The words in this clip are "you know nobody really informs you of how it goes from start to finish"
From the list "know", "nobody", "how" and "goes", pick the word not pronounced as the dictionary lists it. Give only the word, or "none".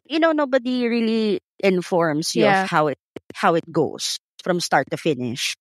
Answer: goes